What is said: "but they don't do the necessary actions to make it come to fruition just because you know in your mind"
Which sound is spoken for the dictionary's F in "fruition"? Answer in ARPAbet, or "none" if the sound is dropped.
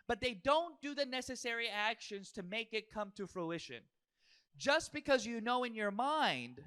F